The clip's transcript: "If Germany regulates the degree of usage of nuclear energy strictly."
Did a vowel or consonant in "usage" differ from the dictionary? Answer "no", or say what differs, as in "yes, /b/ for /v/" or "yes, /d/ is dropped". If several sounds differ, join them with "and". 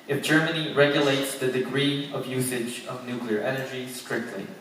no